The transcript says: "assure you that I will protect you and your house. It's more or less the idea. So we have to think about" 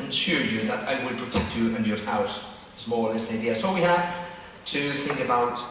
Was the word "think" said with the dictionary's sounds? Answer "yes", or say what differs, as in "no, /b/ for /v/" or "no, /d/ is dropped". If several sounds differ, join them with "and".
yes